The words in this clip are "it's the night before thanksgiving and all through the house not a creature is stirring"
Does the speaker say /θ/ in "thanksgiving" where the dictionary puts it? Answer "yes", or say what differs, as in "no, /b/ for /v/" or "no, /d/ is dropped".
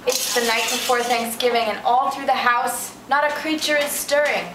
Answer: yes